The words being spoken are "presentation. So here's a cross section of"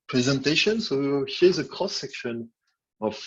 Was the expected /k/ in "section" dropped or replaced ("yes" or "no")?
no